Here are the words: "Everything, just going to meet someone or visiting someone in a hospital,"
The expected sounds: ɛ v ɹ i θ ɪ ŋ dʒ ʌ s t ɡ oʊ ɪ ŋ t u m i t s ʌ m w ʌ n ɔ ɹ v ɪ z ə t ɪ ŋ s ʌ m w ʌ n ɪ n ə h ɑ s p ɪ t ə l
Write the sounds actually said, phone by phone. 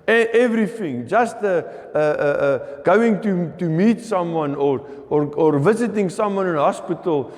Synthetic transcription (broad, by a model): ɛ v ɹ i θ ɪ ŋ dʒ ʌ s t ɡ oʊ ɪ ŋ t u m i t s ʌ m w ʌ n ɔ ɹ v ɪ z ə t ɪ ŋ s ʌ m w ʌ n ɪ n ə h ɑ s p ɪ t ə l